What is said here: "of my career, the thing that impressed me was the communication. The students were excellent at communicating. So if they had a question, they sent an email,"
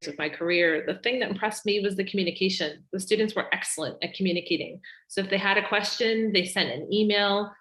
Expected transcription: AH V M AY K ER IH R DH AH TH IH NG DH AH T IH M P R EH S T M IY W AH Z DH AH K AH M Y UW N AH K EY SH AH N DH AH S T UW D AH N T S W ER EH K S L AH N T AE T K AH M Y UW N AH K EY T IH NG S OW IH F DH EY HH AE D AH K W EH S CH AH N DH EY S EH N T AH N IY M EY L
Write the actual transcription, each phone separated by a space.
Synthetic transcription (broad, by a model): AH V M AY K ER IH R DH AH TH IH NG DH AH T IH M P R EH S T M IY W AH Z DH AH K M Y UW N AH K EY SH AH N DH AH S T UW D N T S W ER EH K S L AH N T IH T K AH M Y UW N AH K EY T IH NG S OW IH F DH EY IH D AH K W EH S CH AH N DH EY S EH N T AH N IY M EY L